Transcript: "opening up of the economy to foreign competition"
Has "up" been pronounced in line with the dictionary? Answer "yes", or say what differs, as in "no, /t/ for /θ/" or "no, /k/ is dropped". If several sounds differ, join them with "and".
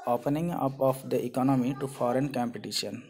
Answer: yes